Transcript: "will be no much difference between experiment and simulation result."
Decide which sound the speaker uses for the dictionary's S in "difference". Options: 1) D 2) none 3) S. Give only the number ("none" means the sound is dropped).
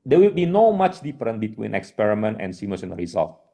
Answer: 2